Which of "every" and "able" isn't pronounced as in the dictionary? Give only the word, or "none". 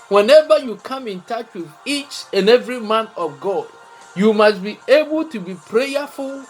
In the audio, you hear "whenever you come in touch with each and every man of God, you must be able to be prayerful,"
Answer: none